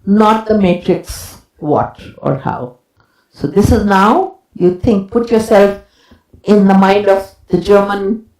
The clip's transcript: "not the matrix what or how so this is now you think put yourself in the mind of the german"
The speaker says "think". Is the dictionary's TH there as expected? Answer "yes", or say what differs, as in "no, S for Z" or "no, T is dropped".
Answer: no, T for TH